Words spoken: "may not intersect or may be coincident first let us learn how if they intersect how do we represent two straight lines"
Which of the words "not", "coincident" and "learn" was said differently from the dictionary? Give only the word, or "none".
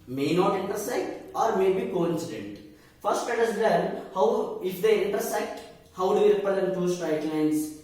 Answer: learn